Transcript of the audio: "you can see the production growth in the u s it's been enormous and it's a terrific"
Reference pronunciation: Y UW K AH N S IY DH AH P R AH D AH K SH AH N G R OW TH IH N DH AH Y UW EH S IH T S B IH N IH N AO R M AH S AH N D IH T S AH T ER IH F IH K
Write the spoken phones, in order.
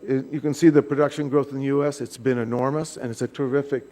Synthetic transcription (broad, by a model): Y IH K AH N S IY DH AH P R AH D AH K SH AH N G R OW TH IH N DH AH Y UW EH S IH T S B IH N IH N AO R M AH S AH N IH T S AH T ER IH F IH K